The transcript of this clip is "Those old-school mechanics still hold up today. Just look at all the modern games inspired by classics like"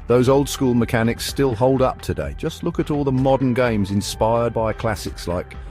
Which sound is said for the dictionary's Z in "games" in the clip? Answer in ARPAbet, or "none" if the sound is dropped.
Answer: Z